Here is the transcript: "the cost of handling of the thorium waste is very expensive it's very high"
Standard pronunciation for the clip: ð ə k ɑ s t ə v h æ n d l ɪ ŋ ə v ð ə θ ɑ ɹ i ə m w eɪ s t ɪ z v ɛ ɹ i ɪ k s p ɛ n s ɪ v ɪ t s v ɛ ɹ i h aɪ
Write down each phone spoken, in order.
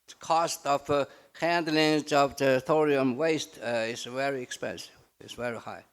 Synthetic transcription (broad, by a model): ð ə k ɑ s t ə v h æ n d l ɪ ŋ ə v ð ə θ ɑ ɹ i ə m w eɪ s t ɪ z v ɛ ɹ i ɪ k s p ɛ n s ɪ v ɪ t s v ɛ ɹ i h aɪ